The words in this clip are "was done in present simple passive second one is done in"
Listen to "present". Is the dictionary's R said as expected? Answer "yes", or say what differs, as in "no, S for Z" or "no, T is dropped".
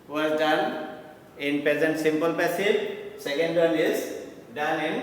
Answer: yes